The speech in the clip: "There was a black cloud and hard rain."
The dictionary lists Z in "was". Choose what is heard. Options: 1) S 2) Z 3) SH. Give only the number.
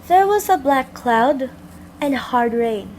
2